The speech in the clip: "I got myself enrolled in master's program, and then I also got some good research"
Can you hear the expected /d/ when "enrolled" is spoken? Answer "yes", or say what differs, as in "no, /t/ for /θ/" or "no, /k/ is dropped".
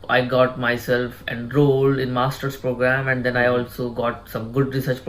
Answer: no, /d/ is dropped